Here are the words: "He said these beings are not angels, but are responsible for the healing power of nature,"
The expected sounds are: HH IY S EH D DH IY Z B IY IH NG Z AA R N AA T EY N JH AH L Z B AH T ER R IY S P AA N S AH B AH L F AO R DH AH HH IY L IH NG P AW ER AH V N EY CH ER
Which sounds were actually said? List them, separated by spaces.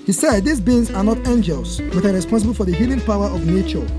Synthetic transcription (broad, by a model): HH IY S EH D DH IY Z B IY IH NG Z AA R N AA T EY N JH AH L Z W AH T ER R IY S P AA N S AH B AH L F AO R DH AH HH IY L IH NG P AW ER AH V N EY CH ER